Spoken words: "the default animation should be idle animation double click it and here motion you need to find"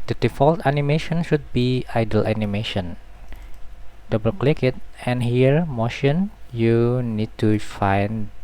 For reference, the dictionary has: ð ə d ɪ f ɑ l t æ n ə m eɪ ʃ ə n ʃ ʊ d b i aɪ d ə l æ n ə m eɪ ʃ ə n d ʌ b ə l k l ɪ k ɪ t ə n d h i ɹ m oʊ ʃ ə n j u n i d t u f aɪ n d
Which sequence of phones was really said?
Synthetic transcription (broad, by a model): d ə d ɪ f ɑ l t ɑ n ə m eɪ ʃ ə n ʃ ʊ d b i aɪ d ə l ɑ n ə m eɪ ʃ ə n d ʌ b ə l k l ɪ k ɪ t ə n h i ɹ m oʊ ʃ ə n j u n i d t u f aɪ n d